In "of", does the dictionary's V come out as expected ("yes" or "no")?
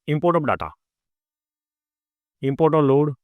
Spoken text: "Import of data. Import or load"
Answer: no